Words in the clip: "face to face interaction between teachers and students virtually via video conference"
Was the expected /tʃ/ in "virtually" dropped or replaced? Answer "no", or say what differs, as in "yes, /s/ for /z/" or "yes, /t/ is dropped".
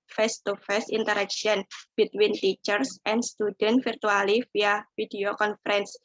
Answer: yes, /tʃ/ is dropped